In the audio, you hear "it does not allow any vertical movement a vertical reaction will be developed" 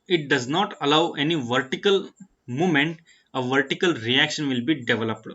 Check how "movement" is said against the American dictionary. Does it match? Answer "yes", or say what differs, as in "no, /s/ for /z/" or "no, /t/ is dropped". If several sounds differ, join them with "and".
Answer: no, /v/ is dropped